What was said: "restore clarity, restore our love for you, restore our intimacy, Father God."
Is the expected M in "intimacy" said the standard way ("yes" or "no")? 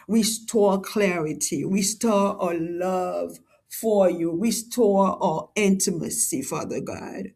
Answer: yes